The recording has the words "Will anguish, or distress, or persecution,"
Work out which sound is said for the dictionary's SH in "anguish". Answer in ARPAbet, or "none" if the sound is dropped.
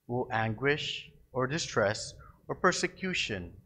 SH